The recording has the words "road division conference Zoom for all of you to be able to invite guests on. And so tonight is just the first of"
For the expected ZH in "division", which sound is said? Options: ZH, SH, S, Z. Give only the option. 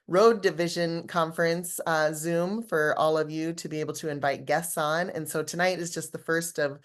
ZH